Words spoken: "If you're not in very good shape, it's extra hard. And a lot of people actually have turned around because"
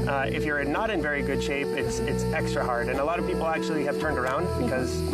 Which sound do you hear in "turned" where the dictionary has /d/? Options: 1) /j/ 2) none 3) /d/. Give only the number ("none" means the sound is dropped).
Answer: 3